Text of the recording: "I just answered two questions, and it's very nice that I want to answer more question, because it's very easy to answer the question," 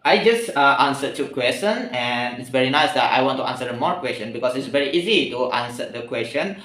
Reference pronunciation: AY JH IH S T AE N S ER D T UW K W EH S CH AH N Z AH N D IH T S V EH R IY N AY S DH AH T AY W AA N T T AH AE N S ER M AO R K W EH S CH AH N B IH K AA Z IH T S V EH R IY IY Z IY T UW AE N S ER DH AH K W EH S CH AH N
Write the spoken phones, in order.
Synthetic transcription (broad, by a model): AY JH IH S T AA N S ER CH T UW K W EH S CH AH N AH N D IH T S V EH R IY N AY S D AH T AY W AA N T T AH N S ER M AO R K W EH S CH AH N B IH K AA S IH T S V EH R IY IY Z IY T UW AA N S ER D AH K W EH S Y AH N